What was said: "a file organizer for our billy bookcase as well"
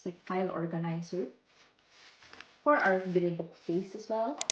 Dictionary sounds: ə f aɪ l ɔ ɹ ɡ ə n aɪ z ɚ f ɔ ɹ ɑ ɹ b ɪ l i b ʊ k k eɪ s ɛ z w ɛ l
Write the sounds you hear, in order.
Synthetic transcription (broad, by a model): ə f aɪ l ɔ ɹ ɡ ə n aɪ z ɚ f ɔ ɹ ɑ w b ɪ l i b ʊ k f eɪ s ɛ s w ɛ l